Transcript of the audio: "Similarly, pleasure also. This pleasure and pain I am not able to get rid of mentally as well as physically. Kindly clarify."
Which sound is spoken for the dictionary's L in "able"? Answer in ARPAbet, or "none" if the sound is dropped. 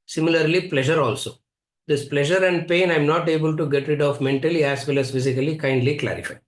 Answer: L